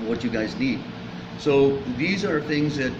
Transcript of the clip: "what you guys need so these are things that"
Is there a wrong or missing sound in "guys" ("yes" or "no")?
no